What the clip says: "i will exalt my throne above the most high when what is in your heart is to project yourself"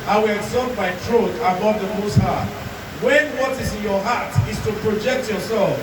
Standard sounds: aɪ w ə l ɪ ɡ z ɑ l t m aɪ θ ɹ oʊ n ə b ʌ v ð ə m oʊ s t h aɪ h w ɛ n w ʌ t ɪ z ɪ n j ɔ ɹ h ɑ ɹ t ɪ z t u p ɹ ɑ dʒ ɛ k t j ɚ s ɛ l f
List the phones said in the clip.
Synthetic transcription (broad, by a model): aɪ w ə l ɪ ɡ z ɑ t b aɪ t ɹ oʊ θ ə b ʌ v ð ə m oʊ s t h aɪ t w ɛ n w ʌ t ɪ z ɪ n j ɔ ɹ h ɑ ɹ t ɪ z t u p ɹ ɑ dʒ ɛ k t j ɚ s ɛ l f